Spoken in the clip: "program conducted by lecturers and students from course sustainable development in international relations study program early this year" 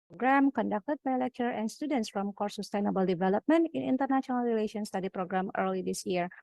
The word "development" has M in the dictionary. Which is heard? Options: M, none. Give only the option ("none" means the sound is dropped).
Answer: M